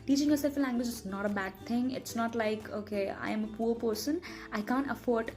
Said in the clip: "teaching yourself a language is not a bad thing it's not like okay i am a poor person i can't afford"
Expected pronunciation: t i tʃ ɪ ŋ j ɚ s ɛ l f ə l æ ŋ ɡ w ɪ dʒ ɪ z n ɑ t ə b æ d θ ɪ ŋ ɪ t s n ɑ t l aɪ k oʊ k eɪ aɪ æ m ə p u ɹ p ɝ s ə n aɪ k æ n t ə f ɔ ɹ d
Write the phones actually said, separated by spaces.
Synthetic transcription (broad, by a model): t i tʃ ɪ ŋ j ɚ s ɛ l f ə l æ ŋ ɡ w ɪ dʒ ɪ s n ɑ t ə b æ d t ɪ ŋ ɪ t s n ɑ t l aɪ k oʊ k eɪ aɪ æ m ə p u ɹ p ɝ s ə n aɪ k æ n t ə f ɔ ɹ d